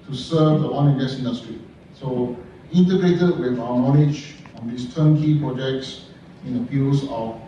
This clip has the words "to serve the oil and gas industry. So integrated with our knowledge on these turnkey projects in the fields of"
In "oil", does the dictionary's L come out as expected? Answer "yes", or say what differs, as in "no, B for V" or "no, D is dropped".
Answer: no, N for L